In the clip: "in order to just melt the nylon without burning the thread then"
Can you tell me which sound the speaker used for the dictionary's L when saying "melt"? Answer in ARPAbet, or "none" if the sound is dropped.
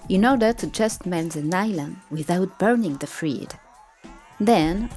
N